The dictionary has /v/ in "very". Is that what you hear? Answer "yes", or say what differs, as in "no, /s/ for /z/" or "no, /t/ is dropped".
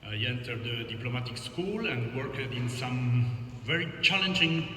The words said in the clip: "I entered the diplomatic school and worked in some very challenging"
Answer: yes